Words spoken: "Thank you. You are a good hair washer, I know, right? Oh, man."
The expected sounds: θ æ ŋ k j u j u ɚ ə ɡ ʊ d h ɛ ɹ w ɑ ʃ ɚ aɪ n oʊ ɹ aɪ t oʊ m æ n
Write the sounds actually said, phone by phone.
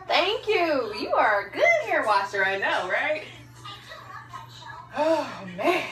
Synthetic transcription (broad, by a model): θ æ ŋ k j u j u ɚ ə ɡ ʊ d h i ɹ w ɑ s ɚ aɪ n oʊ ɹ aɪ t oʊ m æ